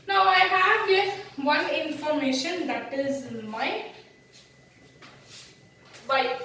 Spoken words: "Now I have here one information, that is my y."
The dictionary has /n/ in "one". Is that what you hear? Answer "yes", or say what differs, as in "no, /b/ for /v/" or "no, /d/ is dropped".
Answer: yes